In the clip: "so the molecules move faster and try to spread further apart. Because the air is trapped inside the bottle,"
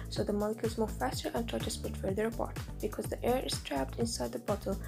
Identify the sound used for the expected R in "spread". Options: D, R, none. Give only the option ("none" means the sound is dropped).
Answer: none